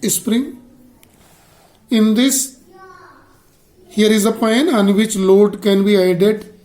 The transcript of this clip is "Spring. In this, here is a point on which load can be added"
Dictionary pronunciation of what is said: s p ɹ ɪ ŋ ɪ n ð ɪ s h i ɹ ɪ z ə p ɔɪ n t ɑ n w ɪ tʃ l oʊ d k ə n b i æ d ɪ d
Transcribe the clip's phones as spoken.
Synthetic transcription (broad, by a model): s p ɹ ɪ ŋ ɪ n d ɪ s h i ɹ ɪ z ə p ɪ n ɑ n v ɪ tʃ l oʊ d k ə n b i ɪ d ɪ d